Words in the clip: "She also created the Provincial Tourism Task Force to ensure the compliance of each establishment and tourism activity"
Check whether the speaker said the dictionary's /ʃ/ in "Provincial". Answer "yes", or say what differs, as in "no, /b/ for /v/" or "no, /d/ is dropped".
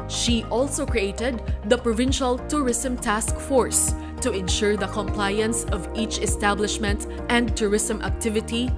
yes